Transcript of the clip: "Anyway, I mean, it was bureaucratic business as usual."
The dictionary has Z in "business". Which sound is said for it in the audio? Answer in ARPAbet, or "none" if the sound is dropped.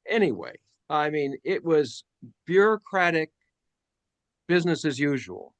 Z